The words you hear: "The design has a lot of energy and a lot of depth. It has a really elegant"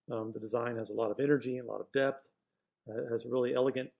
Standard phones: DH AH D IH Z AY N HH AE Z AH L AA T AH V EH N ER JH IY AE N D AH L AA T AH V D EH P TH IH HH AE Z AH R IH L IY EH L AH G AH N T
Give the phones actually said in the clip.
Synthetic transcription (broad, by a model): DH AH D IH Z AY N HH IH Z AH L AA T AH V EH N ER JH IY AH L AA T AH V D EH P TH IH Z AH R IH L IY EH L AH G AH N T